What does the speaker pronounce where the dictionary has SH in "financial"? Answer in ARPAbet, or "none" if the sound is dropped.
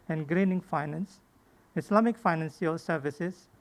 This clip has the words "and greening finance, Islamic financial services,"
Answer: S